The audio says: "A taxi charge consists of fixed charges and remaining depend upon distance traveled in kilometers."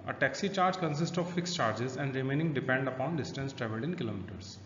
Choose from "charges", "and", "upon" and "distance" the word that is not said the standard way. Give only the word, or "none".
none